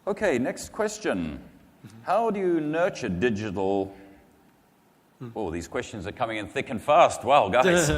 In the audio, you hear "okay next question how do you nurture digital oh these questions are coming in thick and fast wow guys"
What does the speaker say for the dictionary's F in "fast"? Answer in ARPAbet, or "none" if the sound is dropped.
F